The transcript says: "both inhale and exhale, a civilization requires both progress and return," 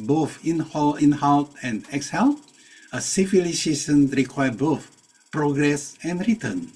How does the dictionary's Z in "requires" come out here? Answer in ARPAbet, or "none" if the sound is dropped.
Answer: none